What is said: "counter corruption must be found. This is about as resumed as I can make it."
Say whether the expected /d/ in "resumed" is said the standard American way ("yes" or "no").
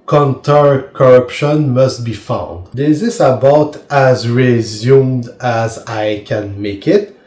yes